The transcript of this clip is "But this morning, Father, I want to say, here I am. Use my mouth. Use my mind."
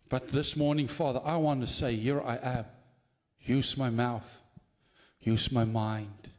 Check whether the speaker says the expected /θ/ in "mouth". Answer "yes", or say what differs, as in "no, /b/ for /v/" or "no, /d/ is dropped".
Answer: yes